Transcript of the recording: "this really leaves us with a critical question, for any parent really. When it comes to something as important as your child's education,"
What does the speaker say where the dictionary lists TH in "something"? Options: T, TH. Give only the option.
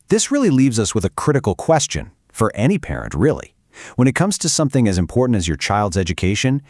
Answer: TH